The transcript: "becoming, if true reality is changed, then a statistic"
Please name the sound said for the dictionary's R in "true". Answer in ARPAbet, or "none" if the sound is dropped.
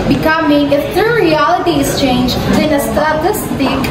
none